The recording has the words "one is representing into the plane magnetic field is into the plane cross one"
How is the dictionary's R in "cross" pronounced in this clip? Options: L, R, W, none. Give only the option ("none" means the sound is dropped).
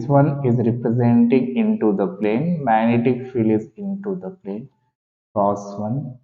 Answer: none